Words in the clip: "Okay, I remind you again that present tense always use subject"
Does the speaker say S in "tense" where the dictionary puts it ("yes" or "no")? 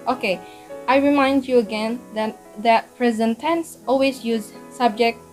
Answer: yes